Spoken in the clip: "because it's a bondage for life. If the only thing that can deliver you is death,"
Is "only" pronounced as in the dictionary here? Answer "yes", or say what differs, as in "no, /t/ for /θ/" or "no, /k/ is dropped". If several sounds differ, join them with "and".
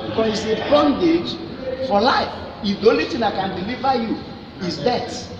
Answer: no, /n/ is dropped